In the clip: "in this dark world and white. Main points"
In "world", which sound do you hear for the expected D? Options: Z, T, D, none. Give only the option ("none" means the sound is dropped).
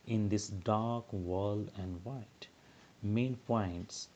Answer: none